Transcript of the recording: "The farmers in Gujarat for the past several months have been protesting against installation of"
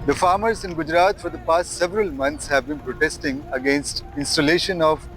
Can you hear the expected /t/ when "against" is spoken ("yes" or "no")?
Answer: yes